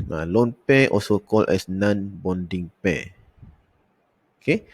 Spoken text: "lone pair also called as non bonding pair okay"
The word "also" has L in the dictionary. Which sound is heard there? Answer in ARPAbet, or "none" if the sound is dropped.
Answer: none